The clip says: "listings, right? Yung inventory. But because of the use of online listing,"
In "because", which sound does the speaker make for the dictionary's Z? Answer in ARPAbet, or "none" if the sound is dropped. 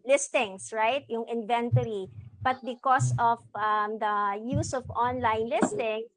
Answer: S